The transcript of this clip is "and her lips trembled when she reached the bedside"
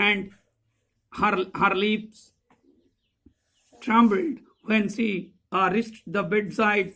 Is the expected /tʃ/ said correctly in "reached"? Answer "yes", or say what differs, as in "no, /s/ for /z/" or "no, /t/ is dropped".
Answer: no, /s/ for /tʃ/